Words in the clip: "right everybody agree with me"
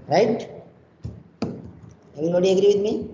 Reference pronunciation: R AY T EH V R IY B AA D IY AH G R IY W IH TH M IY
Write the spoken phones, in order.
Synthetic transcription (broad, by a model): R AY T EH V IY AA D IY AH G R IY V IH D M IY